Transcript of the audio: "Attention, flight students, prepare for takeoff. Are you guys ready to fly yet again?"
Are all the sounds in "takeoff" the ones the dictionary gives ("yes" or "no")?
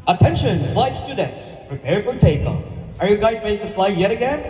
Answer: no